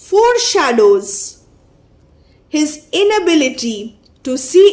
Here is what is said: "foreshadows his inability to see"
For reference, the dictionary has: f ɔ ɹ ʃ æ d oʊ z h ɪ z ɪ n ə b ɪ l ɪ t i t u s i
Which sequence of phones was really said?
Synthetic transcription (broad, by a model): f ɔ ɹ ʃ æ d oʊ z h ɪ z ɪ n ə b ɪ l ɪ t i t u s i